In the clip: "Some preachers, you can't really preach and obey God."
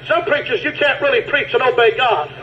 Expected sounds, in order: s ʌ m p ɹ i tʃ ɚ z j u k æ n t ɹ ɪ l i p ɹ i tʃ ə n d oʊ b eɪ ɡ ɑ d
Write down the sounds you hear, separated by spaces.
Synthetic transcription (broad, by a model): s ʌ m p ɹ i tʃ ɚ z j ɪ k æ n t ɹ ɪ l i p ɹ i tʃ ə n oʊ b eɪ ɡ ɑ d